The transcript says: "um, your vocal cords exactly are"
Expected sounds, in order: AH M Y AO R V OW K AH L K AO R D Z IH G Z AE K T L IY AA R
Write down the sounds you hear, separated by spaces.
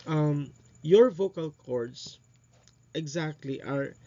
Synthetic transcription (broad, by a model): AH M Y AO R V OW K AH L K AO R D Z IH G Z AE K T L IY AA R